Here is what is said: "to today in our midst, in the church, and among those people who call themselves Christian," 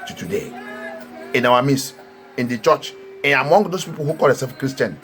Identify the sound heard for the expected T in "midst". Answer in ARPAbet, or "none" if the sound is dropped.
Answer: none